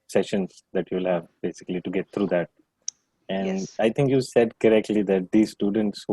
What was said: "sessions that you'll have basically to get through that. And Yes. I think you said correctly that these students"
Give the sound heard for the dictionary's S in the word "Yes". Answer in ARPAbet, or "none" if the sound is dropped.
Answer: none